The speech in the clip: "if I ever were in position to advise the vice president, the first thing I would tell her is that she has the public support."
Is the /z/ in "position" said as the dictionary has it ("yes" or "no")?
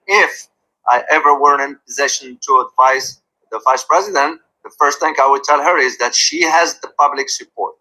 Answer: yes